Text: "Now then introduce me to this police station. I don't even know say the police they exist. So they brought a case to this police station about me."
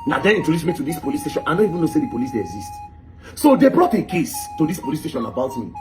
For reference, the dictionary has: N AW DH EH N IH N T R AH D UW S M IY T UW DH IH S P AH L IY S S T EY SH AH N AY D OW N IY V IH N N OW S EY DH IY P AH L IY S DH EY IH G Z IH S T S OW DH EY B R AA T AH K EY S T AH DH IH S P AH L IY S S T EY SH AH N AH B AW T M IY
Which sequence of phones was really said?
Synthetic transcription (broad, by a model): N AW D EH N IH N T AH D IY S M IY T UW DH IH S P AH L IY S S T EY SH AH N AY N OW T IY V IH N N OW S EY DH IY P AH L IY S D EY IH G Z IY S T S OW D EY B R AA T AH K EY S T AH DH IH S P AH L IY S S T EY SH AH N AH B AW T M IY